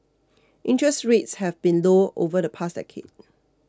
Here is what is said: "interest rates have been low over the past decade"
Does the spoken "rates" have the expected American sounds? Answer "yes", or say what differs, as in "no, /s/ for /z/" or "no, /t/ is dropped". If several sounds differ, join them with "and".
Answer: yes